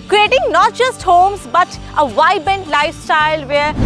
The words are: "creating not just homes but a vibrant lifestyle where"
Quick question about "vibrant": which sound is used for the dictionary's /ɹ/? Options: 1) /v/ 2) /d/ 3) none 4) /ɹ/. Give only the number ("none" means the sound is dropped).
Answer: 3